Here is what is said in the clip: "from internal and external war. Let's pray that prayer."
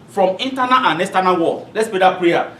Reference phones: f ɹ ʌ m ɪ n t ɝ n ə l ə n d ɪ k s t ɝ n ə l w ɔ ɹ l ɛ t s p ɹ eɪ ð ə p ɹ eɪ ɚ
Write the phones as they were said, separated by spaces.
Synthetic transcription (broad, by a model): f ɹ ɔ m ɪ n t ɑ n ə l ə n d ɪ s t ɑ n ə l w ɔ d l ɛ t s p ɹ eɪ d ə p ɹ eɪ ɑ